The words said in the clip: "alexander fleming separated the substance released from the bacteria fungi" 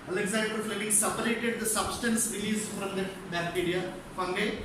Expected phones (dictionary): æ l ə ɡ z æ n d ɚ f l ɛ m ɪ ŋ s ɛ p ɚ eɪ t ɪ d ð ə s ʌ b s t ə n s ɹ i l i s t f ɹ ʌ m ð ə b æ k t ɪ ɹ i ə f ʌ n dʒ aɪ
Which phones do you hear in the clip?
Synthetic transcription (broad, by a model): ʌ l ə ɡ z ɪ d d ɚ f ɛ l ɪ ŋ s ɛ p ɚ eɪ t ɪ d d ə s ʌ b s t ə n s ɹ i l i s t f ɹ ʌ m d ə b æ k t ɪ ɹ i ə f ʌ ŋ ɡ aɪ